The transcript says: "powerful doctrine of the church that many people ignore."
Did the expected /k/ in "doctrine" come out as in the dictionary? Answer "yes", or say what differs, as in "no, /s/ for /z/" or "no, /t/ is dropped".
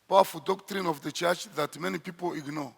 yes